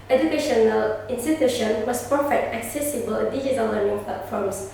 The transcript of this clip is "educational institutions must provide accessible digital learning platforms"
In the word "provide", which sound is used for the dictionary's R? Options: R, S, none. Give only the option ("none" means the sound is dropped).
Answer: none